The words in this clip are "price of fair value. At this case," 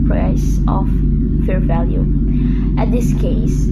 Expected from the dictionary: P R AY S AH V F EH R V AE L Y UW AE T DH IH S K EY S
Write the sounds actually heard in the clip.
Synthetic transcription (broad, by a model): P R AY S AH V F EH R V AE L Y UW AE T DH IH S K EY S